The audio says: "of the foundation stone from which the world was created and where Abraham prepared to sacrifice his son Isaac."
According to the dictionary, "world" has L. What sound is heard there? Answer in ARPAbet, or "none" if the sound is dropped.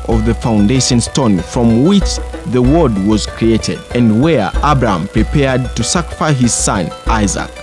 none